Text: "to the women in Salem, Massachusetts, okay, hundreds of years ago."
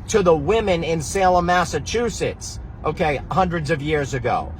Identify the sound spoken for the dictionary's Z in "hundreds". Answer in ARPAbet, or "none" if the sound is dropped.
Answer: Z